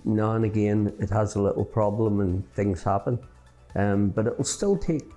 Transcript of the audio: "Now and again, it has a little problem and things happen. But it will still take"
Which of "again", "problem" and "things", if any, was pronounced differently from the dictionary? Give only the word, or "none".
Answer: none